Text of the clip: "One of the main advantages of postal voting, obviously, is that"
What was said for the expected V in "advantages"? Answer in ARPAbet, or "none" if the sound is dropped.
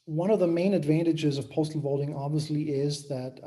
V